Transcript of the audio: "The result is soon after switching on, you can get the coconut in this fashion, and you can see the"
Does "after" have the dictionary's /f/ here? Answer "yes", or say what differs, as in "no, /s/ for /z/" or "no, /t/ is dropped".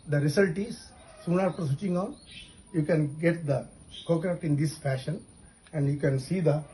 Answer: no, /p/ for /f/